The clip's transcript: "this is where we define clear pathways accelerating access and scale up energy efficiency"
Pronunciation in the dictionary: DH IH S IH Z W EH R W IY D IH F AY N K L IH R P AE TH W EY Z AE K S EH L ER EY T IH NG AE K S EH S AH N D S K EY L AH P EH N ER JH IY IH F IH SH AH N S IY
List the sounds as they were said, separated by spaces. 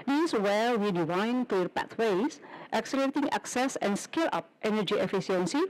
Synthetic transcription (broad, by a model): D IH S W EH L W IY D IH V AY N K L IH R P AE T W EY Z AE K S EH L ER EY T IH NG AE K S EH S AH N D S K EY L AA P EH N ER JH IY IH F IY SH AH N S IY